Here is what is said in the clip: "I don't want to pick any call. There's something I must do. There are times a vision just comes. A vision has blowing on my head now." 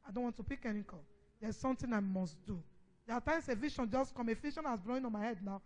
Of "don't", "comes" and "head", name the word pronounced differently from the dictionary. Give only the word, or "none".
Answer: comes